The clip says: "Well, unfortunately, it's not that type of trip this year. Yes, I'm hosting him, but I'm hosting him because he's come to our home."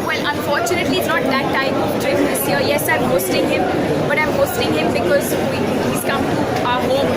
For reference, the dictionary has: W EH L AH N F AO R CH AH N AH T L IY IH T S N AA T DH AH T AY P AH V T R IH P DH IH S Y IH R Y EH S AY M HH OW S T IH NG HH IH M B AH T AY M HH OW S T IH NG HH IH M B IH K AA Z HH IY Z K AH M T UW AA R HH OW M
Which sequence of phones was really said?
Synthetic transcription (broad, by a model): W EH L AH N F AO R CH AH N AH T L IY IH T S N AA T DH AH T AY AH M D R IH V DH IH S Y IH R Y EH S AY M HH OW S T IH NG HH IH M B AH T AY M HH OW S T IH NG HH IH M B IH K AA Z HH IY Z K AH M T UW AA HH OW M